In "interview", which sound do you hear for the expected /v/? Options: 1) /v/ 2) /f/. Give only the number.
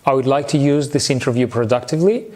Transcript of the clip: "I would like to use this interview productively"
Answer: 1